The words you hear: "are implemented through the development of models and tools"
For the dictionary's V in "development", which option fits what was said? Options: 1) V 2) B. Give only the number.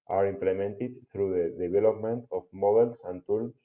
2